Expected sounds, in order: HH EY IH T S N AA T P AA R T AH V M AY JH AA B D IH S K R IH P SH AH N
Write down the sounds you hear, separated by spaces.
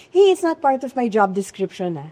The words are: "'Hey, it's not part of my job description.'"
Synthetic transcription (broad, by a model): HH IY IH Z N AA T P AA R T AH V M AY JH AA B D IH S K R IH P SH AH N